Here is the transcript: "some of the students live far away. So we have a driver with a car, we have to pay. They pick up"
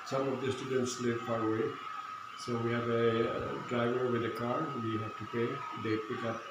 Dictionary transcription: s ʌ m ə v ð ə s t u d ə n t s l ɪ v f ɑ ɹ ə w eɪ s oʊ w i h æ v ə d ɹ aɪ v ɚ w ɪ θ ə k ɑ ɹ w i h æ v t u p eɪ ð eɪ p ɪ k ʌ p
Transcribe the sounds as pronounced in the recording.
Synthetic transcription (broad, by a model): s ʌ m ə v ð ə s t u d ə n t s l ɪ v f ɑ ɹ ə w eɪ s oʊ w i h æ v ə d ɹ aɪ v ɚ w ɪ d ə k ɑ ɹ w i h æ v t u p eɪ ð eɪ p ɪ k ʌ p